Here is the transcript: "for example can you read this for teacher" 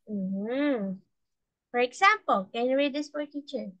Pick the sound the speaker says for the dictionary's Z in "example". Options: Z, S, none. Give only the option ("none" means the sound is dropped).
S